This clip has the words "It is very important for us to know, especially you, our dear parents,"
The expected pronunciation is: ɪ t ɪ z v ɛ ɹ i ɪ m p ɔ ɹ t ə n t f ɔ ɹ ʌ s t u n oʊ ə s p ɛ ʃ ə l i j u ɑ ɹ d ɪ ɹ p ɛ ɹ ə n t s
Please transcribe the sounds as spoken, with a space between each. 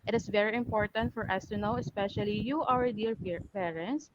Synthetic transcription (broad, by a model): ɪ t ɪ s v ɛ ɹ i ɪ m p ɔ ɹ t ə n t f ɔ ɹ ʌ s t u n oʊ ə s p ɛ ʃ ə l i j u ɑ w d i ɹ p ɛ ɹ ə n t s